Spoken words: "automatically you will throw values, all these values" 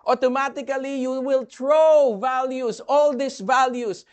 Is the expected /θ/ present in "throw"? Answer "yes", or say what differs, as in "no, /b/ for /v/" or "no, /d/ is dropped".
no, /t/ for /θ/